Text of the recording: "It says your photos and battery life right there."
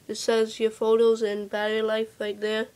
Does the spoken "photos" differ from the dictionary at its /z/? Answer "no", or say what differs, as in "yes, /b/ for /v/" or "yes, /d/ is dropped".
no